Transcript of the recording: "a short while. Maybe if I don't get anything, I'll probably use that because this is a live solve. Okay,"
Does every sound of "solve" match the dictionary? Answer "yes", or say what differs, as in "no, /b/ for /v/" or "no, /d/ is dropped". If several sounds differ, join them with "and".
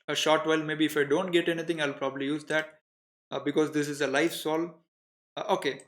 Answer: no, /v/ is dropped